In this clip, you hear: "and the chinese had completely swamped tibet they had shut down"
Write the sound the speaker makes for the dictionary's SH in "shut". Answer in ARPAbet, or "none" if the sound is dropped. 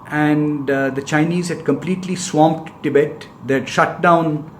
SH